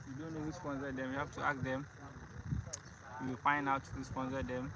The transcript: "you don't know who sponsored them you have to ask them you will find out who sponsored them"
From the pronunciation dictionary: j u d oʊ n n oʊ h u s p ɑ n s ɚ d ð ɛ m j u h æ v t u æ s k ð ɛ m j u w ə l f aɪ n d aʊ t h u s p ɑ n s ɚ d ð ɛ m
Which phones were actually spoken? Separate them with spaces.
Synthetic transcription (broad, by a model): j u d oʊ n n oʊ h u s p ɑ n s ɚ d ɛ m j u h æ f t u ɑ k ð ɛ m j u w ə l f aɪ n d aʊ t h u s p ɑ n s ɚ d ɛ m